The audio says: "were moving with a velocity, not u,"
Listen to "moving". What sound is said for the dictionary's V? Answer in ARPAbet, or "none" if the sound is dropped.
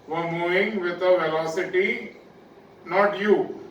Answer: none